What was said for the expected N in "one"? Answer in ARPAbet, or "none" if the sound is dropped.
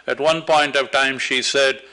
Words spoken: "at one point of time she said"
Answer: N